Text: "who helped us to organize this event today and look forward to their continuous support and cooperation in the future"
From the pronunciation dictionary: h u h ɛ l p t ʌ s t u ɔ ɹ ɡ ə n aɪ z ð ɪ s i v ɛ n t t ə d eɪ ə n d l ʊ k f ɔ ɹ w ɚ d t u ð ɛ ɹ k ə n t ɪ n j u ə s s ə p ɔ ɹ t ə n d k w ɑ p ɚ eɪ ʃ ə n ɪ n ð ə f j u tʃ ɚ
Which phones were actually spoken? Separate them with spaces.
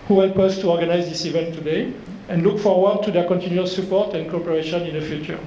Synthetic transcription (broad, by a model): h u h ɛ l p ʌ s t u ɔ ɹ ɡ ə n aɪ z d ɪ s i v ɛ n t t ə d eɪ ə n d l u k f ɔ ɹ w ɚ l t u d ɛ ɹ k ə n t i n j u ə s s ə p ɔ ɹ t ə n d k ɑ p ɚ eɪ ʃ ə n ɪ n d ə f j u tʃ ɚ